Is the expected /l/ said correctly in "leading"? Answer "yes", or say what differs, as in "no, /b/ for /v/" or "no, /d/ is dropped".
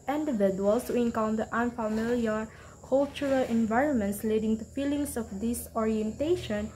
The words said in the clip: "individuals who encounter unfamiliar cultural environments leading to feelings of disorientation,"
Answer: yes